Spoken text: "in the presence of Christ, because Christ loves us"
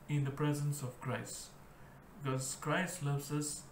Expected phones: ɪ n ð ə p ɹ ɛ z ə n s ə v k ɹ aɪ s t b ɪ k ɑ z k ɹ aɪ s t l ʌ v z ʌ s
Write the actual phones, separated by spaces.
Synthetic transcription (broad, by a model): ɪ n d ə p ɹ ɛ z ə n s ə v k ɹ aɪ s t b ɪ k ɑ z k ɹ aɪ s t l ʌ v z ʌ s